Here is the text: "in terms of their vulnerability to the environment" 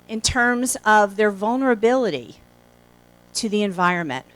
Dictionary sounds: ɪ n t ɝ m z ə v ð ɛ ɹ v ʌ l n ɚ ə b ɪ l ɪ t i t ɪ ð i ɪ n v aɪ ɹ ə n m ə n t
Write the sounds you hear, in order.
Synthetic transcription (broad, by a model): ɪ n t ɝ m z ə v ð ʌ ɹ v ʌ l n ɚ ə b ɪ l ɪ t i t ɪ ð i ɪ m v aɪ ɹ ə n m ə n t